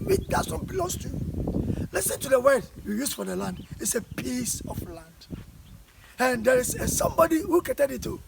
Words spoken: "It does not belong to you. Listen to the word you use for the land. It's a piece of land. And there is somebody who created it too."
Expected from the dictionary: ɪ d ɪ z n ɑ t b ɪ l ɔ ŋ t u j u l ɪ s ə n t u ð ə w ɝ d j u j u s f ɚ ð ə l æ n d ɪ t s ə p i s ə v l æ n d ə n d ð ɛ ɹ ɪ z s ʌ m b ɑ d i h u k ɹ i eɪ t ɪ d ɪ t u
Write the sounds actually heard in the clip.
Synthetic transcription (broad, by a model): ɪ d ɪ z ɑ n b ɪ l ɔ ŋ t u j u l ɪ s ə n t u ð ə w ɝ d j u j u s f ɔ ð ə l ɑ n d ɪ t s ə p i s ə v l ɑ n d ə n d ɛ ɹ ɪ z s ʌ m b ɑ d i h u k i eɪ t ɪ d ɪ t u